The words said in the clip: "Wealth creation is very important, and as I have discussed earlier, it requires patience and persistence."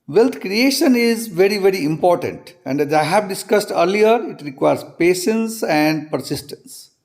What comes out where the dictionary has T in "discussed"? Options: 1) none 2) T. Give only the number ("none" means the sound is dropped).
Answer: 2